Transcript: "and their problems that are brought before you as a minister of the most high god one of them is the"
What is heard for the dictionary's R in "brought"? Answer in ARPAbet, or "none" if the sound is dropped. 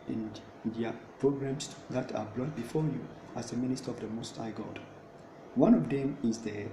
L